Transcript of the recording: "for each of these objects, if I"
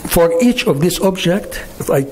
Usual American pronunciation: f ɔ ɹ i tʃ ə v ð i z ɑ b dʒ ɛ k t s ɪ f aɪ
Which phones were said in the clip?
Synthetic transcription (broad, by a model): f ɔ ɹ i tʃ ə v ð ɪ s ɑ b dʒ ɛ k t ɪ f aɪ